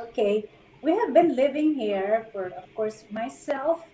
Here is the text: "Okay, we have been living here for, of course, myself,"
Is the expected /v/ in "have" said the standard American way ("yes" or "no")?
yes